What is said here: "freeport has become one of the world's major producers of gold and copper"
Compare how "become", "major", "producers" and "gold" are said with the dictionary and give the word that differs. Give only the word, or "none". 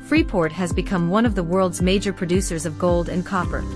none